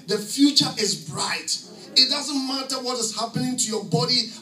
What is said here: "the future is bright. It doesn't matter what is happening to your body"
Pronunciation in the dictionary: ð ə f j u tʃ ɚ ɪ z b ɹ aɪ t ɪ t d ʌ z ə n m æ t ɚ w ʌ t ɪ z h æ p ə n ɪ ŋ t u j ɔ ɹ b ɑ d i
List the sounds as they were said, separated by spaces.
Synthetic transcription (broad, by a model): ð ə f j u tʃ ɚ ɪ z b ɹ aɪ t ɪ t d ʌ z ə n m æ t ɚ w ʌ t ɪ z h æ p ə n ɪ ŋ t u j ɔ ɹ b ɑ d i